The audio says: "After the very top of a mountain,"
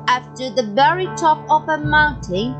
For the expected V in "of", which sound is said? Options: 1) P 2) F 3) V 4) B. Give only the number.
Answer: 1